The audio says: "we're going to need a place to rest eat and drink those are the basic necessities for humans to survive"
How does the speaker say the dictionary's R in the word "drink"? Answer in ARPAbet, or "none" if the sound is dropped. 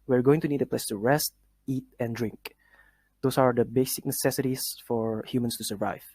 R